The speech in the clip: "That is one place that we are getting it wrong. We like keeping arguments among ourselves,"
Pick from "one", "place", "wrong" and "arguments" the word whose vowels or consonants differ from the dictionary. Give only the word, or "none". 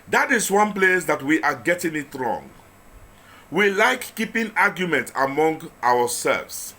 arguments